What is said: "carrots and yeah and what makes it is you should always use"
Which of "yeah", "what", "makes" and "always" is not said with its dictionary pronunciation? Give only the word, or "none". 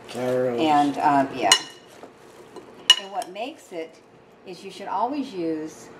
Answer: none